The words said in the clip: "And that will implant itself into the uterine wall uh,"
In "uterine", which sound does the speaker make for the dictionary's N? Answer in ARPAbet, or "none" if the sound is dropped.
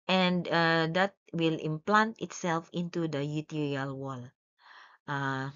L